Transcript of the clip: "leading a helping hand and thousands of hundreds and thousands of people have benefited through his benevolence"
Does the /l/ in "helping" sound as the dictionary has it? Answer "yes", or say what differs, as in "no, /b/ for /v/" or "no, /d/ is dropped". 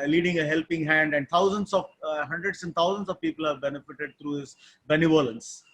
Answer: yes